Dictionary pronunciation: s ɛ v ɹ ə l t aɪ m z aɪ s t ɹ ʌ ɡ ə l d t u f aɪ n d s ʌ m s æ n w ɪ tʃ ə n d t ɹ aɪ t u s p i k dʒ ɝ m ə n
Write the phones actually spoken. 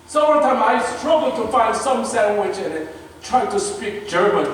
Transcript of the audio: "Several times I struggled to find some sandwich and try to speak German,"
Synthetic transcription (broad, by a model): s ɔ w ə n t aɪ m aɪ s t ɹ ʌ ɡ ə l t u f aɪ n d s ʌ m s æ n w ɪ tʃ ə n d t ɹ aɪ t u s p i k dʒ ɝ m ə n